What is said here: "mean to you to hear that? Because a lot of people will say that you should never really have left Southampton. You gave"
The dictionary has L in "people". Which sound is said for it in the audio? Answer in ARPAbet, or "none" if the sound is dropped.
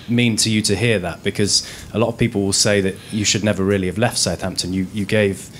L